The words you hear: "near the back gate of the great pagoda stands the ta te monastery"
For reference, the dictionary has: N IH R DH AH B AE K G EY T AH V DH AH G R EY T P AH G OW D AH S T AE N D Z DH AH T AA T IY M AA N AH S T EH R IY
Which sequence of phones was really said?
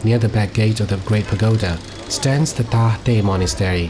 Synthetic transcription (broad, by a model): N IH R DH AH B AE K G EY T AH V DH AH G R EY T P AH G OW D AH S T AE N D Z DH AH T AA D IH M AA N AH S T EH R IY